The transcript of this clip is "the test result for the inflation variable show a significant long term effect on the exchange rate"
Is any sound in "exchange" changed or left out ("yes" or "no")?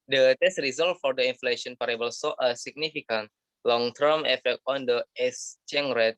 yes